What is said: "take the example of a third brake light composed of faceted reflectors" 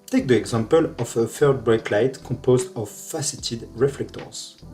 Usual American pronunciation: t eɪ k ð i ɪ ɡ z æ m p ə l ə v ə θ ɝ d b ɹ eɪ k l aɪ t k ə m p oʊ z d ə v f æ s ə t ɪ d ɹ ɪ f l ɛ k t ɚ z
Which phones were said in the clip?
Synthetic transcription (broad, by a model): t eɪ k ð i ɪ ɡ z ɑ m p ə l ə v ə f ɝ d b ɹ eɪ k l aɪ t k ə p oʊ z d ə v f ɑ s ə t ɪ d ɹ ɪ f l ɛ k t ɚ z